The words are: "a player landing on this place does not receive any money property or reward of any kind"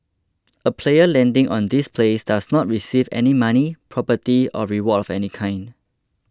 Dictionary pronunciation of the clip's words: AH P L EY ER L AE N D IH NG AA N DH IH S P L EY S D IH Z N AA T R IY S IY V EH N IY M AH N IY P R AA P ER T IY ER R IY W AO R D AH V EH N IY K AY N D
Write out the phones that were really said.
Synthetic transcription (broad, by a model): AH P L EY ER L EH N D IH NG AA N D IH S P L EY S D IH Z N AA T R IY S IY V EH N IY M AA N IY P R AA P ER T IY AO R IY W AO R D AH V EH N IY K AY N D